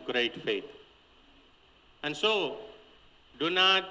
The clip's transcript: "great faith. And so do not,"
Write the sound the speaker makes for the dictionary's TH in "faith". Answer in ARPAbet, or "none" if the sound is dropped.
T